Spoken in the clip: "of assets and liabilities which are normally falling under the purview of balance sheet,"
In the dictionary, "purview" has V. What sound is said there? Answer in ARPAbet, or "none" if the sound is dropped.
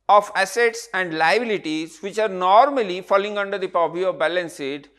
P